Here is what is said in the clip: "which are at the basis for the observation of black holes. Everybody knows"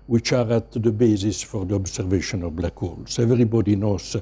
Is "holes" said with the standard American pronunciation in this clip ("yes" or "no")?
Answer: no